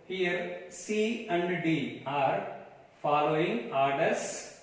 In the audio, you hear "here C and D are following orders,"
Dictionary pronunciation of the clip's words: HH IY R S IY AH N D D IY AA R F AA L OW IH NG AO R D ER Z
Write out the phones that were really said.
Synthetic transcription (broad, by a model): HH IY R S IY AH N D D IY AA R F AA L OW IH NG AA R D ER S